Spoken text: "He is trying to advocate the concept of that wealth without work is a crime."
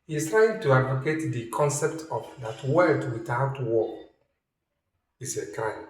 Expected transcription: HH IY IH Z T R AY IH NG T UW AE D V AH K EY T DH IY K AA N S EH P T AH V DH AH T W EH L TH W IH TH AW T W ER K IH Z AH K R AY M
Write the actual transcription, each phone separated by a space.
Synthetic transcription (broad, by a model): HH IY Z T R AY IH NG T UW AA D V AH K EY T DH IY K AA N S EH P T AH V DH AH T W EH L T W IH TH AW T W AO IH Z AH K R AY M